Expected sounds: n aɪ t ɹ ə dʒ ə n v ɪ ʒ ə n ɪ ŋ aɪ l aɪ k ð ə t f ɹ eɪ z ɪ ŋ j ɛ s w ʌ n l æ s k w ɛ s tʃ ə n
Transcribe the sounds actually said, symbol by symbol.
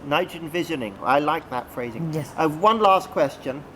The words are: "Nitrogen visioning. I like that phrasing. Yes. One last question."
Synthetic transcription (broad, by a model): n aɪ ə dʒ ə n v ɪ ʒ ə n ɪ ŋ aɪ l aɪ k ð ə t f ɹ eɪ z ɪ ŋ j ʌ w ʌ n l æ s k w ɛ s tʃ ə n